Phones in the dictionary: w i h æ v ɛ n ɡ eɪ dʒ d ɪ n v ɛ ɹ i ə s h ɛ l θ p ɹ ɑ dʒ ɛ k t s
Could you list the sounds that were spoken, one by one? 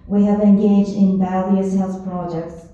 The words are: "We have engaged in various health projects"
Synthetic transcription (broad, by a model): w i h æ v ɛ n ɡ eɪ dʒ d ɪ n b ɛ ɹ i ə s h ɛ l θ p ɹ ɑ dʒ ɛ k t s